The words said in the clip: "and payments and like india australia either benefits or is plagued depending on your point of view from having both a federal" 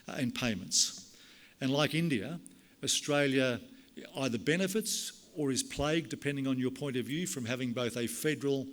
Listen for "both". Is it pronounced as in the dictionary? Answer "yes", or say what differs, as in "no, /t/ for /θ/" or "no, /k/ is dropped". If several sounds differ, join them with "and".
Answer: yes